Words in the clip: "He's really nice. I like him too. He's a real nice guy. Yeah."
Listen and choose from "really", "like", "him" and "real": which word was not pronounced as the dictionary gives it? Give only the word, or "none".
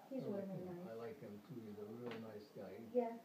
really